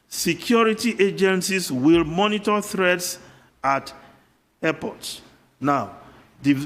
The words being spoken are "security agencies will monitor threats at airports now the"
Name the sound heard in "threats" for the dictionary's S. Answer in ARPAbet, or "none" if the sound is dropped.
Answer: S